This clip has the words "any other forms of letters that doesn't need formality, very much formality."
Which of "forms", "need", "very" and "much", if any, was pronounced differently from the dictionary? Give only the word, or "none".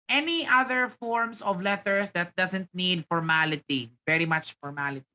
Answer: forms